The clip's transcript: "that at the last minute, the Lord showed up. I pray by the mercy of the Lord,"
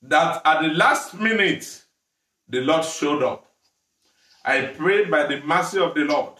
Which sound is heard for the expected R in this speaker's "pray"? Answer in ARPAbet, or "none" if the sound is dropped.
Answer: R